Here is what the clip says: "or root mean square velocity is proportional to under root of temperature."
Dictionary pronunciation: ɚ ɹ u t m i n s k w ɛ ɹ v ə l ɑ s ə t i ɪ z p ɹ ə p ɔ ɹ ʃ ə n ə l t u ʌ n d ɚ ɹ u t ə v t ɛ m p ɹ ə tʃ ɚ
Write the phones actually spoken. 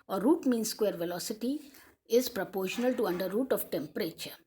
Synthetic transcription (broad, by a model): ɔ ɹ u t m i n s k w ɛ ɹ v ə l ɑ s ə t i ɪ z p ɹ ə p ɔ ɹ ʃ ə n ə l t u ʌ n d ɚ ɹ u t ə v t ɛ m p ɹ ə tʃ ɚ